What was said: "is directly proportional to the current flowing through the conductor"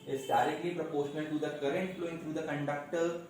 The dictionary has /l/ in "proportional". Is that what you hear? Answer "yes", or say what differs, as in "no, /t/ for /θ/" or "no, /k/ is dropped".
no, /n/ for /l/